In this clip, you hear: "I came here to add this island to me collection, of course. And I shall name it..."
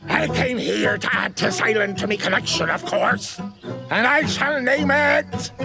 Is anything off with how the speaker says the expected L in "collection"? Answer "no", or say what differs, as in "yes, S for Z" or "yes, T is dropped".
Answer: yes, N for L